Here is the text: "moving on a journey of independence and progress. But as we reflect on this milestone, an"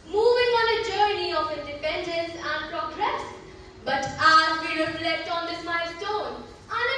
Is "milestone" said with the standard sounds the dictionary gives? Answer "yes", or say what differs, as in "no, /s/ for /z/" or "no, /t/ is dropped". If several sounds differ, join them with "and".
no, /l/ is dropped